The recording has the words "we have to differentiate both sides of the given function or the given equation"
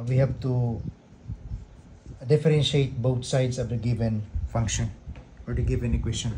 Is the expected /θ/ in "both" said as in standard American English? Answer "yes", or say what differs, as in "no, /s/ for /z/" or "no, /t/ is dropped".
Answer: no, /t/ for /θ/